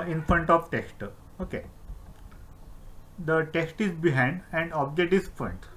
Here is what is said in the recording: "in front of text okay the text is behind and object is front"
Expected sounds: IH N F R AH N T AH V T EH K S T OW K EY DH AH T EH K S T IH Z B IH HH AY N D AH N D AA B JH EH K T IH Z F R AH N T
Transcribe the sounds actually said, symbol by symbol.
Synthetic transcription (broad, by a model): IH N F R AH N T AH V T EH K S T OW K EY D AH T EH K S T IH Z B IH HH AY N D AH N D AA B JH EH T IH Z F R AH N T